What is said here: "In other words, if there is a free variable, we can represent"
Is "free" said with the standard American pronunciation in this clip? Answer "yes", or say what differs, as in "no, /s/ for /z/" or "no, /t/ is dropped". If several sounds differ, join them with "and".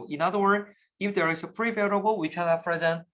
no, /p/ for /f/